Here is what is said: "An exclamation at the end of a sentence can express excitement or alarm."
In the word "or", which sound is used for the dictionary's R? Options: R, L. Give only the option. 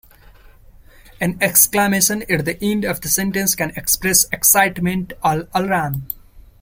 L